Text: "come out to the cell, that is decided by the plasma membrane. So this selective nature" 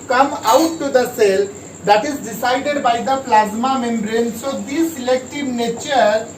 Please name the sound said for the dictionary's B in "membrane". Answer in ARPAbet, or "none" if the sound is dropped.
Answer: B